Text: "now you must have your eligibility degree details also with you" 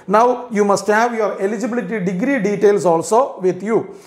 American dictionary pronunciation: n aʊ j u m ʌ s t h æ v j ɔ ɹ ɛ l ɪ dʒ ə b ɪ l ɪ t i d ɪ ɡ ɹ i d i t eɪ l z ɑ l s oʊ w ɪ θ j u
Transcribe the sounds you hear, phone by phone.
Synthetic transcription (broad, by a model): n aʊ j u m ʌ s t h æ v j ɔ ɹ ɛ l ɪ dʒ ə b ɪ l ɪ t i d ɪ ɡ ɹ i d i t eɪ l s ɑ l s oʊ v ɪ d j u